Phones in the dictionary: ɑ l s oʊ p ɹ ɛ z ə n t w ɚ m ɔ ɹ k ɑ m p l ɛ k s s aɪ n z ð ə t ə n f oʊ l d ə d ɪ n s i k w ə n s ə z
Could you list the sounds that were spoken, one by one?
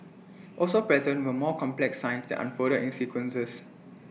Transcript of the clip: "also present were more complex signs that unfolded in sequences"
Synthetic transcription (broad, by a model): ɑ l s oʊ p ɹ ɛ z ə n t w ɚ m ɔ k ɑ m p l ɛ k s s aɪ n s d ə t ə n f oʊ d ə ɪ n s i k w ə n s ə s